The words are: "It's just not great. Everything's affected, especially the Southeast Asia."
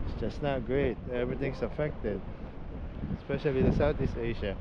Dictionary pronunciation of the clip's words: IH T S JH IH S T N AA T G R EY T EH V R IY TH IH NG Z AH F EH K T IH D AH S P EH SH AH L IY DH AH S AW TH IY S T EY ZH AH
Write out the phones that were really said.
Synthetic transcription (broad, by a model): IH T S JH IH S N AA T G R EY T EH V R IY T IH NG S AH F EH K T IH D AH S P EH SH AH L IY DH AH S AW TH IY S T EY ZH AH